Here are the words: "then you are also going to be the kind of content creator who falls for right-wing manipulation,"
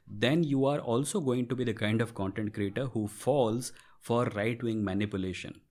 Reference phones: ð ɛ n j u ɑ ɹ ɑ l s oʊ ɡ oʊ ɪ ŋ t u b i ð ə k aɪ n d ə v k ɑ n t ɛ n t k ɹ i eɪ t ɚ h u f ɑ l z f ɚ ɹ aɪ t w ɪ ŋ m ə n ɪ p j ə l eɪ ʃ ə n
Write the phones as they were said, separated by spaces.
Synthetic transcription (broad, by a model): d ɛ n j u ɑ ɹ ɑ l s oʊ ɡ oʊ ɪ ŋ t u b i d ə k aɪ n d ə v k ɑ n t ɛ n t k ɹ i eɪ t ɚ h u f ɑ l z f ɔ ɹ aɪ t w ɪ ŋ m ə n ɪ p j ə l eɪ ʃ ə n